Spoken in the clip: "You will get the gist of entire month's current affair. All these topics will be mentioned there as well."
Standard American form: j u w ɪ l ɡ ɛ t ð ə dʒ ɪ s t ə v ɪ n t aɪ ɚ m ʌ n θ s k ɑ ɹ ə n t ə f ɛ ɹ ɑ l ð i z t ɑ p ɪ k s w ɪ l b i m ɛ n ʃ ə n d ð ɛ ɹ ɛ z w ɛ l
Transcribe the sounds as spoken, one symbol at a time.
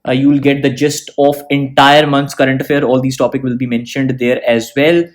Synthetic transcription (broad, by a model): j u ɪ l ɡ ɛ t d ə dʒ ɪ s t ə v ɪ n t aɪ ɚ m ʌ n t s k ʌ ɹ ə n t ə f ɛ ɹ ɑ l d i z t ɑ p ɪ k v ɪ l b i m ɛ n ʃ ə n d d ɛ ɹ ɛ z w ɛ l